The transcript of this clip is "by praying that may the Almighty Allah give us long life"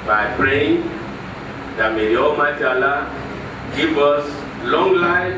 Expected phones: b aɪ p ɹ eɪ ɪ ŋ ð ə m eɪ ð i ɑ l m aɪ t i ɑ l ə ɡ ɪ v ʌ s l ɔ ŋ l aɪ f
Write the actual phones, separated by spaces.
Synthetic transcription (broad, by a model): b aɪ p ɹ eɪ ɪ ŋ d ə m eɪ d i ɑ m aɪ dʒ ɑ l ə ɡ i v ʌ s l ɔ ŋ l aɪ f